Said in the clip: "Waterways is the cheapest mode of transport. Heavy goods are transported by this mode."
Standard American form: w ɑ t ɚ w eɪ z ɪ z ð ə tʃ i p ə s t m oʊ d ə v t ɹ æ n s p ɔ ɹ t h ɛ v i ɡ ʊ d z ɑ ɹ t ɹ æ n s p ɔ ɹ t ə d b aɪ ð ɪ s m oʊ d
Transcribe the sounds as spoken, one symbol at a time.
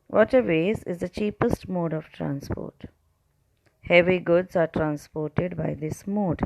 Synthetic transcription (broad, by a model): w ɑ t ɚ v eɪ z ɪ z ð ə tʃ i p ə s t m oʊ d ə v t ɹ æ n s p ɔ ɹ t h ɛ v i ɡ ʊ d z ɑ ɹ t ɹ æ n s p ɔ ɹ t ə d b aɪ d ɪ s m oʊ d